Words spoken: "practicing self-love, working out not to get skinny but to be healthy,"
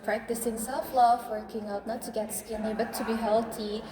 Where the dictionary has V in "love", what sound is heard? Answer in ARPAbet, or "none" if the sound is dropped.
F